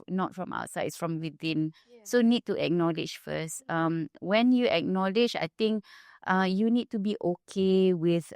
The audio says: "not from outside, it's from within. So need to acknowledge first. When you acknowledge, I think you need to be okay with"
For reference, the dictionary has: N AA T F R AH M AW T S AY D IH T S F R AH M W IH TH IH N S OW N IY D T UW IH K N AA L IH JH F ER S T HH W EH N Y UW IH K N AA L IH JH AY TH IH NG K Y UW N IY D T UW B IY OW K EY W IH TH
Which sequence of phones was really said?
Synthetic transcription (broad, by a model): N AA T F R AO M AW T S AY IH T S F R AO M W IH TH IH N S OW N IY D T UW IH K N AA L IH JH F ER S T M W EH N Y UW IH K N AA L IH JH AY T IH NG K Y UW N IY D T UW B IY OW K EY W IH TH